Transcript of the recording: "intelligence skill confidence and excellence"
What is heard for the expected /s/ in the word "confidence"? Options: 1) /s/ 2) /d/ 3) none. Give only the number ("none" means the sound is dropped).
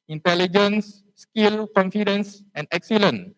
1